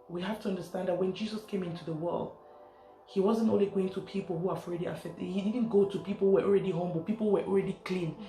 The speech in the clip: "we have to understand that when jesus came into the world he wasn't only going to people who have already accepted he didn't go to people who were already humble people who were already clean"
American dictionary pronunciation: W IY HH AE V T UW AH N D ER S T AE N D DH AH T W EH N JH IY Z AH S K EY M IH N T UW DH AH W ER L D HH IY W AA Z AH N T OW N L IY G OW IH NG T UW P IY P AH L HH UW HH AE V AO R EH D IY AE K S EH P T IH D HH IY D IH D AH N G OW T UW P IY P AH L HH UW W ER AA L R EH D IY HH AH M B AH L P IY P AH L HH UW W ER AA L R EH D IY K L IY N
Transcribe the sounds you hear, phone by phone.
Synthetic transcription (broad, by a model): W IY HH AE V T UW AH N D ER S T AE N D DH AH T W EH N JH IY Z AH S K EY M IH N T UW DH AH W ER L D HH IY W AA Z AH N T OW N L IY G OW IH NG T UW P IY P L HH UW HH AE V AO R EH D IY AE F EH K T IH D HH IY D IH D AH N G OW T UW P IY P L HH UW W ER AA L R EH D IY HH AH M B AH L P IY P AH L HH UW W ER AA L R EH D IY K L IY N